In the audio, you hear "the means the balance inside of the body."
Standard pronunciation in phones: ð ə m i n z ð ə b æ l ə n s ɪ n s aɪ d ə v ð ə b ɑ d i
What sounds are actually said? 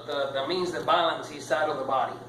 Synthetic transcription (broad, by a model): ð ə m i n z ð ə b æ l ə n s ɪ s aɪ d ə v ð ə b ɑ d i